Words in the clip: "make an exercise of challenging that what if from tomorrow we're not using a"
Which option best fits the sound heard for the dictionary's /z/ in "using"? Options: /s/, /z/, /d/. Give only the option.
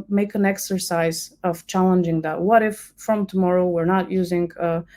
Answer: /z/